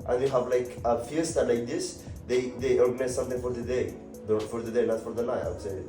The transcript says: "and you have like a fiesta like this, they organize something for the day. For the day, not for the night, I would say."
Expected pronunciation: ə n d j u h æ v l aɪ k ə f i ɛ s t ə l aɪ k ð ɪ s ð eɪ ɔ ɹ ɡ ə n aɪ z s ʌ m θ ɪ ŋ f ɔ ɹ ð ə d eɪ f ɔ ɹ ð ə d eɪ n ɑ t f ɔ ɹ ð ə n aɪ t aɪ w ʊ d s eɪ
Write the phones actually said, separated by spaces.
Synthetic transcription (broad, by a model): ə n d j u h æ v l aɪ k ə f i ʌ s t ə l aɪ k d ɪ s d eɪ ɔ ɹ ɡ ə n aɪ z s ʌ m t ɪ ŋ f ɔ ɹ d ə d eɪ f ɔ ɹ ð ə d eɪ n ɑ t f ɔ ɹ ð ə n aɪ aɪ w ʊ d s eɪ